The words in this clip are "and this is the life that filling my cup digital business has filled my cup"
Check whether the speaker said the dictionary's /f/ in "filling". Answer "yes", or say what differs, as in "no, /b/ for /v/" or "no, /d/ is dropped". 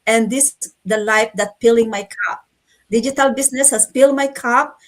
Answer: no, /p/ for /f/